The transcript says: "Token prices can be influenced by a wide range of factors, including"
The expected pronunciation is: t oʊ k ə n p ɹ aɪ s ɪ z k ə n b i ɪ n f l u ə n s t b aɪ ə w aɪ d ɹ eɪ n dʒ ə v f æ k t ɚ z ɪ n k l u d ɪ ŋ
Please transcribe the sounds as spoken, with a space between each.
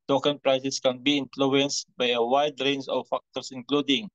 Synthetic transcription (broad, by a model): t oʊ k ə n p ɹ aɪ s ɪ s k ə n b i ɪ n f l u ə n s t b aɪ ə w aɪ d ɹ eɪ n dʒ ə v f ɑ k t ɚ s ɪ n k l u d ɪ ŋ